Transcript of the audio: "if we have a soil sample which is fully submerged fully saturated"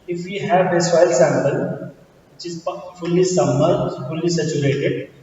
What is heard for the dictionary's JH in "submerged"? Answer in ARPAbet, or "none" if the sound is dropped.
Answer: none